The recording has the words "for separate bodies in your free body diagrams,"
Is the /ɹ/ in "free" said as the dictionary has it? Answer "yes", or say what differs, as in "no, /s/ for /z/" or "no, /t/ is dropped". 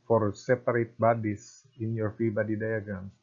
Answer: no, /ɹ/ is dropped